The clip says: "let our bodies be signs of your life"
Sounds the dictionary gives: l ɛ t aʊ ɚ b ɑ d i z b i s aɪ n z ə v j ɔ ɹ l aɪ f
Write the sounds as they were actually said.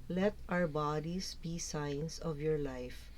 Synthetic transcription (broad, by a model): l ɛ t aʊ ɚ b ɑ d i s b i s aɪ n s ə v j ɔ ɹ l aɪ f